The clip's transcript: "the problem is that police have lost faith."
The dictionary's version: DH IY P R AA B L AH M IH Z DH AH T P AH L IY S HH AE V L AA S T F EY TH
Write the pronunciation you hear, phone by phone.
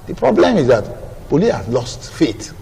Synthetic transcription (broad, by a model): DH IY P R AA B L AH M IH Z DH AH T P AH L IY HH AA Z L AA S T F EY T